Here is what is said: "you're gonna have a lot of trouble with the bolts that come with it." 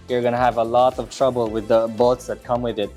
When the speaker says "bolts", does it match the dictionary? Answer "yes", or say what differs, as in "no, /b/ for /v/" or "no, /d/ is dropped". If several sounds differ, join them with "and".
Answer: no, /l/ is dropped